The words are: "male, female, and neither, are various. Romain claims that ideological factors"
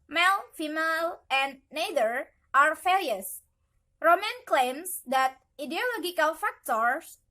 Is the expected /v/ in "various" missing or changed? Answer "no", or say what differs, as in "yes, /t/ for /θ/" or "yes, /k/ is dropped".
yes, /f/ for /v/